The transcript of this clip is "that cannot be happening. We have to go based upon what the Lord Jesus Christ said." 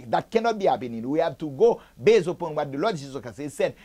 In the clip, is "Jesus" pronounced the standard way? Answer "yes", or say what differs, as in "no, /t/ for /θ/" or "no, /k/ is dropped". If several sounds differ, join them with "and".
no, /s/ is dropped